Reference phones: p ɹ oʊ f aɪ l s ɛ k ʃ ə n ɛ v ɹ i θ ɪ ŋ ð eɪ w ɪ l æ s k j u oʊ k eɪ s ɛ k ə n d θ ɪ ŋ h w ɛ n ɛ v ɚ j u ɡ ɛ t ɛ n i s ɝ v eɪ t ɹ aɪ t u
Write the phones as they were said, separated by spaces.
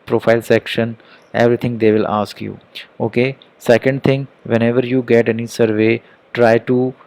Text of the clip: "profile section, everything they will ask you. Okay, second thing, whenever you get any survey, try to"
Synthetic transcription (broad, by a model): p ɹ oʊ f aɪ l s ɛ k ʃ ə n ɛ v ɹ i t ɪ ŋ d eɪ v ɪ l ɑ s k j u oʊ k eɪ s ɛ k ə n d t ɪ ŋ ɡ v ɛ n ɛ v ɚ j u ɡ ɛ t ɛ n i s ɝ v eɪ t ɹ aɪ t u